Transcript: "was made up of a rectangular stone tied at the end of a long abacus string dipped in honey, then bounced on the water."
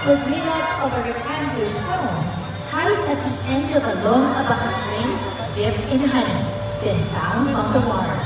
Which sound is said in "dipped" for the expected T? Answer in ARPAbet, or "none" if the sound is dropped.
none